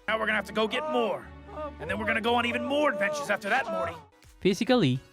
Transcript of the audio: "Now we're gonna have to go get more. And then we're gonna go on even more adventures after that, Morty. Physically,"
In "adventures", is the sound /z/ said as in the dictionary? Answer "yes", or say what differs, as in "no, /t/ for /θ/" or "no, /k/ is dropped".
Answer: yes